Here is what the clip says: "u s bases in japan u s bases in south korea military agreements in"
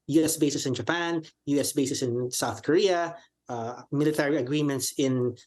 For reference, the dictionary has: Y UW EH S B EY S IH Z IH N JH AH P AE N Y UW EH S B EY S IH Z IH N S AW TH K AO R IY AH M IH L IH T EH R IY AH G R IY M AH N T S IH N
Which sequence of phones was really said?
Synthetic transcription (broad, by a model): Y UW EH S B EY S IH S IH N JH AH P AE N Y UW EH S B EY S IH S IH N S AW TH K AO R IY AH M IH L IH T EH R IY AH G R IY M AH N T S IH N